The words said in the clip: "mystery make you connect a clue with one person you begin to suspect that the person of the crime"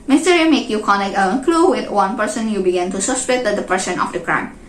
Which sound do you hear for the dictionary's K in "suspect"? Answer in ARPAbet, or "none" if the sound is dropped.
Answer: none